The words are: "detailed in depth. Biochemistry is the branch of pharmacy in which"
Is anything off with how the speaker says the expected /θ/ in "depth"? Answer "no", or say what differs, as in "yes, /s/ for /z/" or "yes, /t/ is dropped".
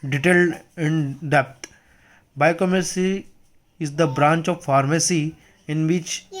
yes, /t/ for /θ/